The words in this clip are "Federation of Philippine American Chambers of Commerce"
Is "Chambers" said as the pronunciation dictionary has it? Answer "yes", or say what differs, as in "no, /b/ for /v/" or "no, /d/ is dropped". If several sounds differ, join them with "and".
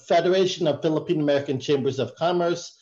yes